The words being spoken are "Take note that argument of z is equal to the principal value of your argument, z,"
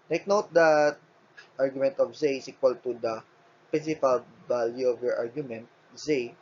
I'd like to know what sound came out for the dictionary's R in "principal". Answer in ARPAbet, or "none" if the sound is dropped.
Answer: none